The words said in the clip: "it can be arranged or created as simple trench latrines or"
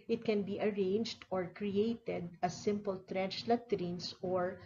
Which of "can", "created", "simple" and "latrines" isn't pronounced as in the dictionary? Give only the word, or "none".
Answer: latrines